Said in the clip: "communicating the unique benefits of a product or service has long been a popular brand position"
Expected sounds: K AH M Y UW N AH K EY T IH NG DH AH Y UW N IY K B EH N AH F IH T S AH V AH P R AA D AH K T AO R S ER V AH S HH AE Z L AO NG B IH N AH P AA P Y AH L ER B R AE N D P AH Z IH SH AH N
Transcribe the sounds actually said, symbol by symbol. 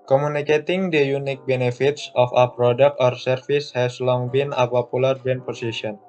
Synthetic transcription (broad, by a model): K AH M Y UW N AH K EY T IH NG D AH Y UW N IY K B EH N AH F IH T S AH F AH P R AA D AH K T AO R S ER F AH S HH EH S L AO NG B IH N AH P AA P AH L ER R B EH N P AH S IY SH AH N